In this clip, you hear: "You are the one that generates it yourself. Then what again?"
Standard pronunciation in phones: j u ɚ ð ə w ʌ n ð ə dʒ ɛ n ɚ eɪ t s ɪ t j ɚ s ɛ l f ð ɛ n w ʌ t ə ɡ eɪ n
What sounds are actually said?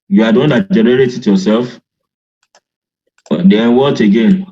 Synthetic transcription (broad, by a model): j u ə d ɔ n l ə dʒ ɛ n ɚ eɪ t ɪ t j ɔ s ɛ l f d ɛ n w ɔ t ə ɡ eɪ n